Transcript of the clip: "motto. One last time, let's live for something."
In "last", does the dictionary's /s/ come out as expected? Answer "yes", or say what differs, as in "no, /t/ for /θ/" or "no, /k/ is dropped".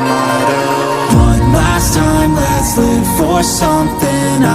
yes